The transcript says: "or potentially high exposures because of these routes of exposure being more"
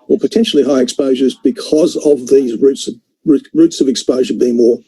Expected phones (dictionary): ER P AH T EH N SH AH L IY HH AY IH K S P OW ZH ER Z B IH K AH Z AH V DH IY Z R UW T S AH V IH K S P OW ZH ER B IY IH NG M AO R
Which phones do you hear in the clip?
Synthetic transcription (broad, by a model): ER P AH T EH N SH L IY HH AY IH K S P OW ZH ER Z B IH K AH Z AH V DH IY Z R UW T S AH V IH K S P OW ZH ER B IY IH NG M AO R